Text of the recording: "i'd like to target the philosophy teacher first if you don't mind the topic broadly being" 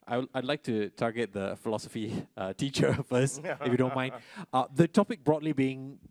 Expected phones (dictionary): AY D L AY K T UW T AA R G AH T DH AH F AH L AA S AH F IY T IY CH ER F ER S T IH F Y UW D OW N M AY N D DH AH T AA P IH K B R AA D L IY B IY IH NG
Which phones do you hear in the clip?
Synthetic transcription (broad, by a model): AY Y L AY K T UW T AA G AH T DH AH F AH L AA S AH F IY T IY CH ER F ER S T IH F Y UW D OW N M AY N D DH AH T AA P IH K B R AA D L IY B IY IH NG